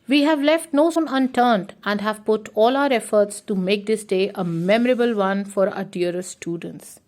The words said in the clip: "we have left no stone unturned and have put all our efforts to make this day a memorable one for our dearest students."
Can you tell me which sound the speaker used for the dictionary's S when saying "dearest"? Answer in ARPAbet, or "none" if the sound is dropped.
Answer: none